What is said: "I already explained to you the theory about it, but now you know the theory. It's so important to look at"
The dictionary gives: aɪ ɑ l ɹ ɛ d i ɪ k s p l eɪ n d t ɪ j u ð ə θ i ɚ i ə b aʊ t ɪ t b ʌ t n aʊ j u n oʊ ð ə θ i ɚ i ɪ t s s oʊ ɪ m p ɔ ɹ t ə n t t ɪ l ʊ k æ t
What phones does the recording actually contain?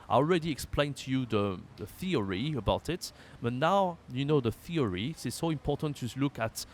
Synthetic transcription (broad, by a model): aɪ ɑ l ɹ ɛ d i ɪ k s p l eɪ n t ɪ j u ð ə θ i ɚ i ə b aʊ t ɪ t b ʌ t n aʊ j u n oʊ ð ə θ i ɚ i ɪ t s s oʊ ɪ m p ɔ ɹ t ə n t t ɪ l ʊ k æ t